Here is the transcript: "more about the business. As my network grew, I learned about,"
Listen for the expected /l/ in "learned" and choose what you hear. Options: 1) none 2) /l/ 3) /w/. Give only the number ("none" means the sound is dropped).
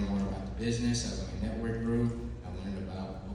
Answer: 3